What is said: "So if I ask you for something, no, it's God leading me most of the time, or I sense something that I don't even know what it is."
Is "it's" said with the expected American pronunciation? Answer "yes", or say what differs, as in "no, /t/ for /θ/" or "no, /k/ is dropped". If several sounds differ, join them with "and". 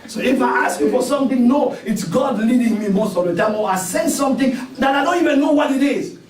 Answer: yes